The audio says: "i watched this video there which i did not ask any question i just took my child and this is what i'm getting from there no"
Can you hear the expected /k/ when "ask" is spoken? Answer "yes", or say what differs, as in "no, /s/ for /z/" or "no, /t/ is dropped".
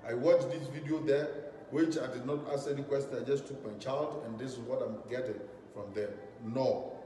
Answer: no, /k/ is dropped